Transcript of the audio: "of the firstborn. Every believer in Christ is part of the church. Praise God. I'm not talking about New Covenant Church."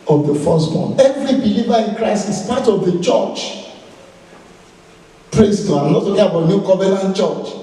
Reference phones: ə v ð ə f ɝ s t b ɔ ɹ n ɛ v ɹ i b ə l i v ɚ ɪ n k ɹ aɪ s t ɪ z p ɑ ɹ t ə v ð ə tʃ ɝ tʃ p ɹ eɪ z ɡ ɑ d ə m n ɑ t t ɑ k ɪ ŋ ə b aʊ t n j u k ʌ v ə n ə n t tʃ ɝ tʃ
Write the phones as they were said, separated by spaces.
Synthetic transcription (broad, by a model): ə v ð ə f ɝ s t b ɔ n ɛ v ɹ i b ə l i v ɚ ɪ n k ɹ aɪ s t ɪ s p ɑ t ə v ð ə tʃ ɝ tʃ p ɹ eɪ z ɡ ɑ ə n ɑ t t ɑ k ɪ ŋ ə b aʊ t n j u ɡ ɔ v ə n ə n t tʃ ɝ tʃ